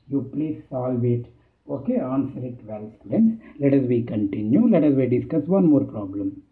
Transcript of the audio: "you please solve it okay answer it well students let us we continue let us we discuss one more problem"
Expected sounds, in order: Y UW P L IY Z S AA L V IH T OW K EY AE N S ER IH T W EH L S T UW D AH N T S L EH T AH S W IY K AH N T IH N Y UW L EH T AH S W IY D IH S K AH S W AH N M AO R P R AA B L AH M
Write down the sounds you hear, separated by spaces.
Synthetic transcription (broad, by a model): Y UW P L IY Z S AA L V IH T OW K EY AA N S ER IH T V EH L S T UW D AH N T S L EH T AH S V IY K AH N T IH N Y UW L EH T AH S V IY D IH S K AH S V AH N M AO R P R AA B L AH M